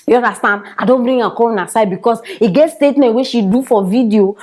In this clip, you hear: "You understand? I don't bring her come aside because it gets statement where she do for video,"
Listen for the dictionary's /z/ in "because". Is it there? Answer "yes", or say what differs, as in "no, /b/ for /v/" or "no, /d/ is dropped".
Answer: no, /s/ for /z/